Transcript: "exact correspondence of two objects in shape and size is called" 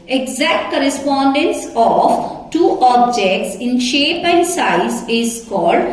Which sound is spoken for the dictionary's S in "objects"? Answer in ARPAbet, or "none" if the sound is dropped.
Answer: S